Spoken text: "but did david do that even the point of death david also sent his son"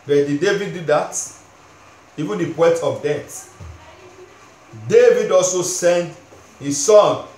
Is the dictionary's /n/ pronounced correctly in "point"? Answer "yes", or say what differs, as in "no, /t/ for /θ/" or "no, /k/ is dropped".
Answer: no, /n/ is dropped